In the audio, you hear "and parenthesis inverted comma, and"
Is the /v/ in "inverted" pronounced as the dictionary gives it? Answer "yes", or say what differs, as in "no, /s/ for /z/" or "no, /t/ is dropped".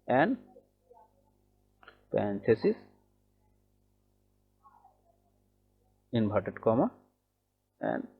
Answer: no, /b/ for /v/